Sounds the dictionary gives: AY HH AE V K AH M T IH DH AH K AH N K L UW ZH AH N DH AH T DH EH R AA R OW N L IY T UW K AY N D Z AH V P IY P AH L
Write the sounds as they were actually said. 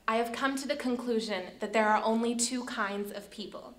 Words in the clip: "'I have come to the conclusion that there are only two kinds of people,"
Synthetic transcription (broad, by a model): AY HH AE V K AH M T IH DH AH K AH N K L UW ZH AH N DH AH T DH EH R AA R OW N L IY T UW K AY N D Z AH V P IY P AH L